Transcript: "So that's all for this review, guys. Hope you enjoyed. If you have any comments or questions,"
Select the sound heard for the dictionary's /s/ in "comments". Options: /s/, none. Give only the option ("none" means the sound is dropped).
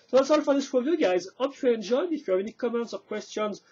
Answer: /s/